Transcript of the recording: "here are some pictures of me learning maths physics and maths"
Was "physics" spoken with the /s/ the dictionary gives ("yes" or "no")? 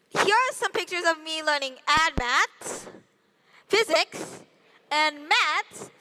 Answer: yes